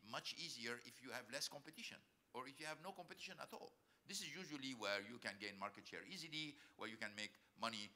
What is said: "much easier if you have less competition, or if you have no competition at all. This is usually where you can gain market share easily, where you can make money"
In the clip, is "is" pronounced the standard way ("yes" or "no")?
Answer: yes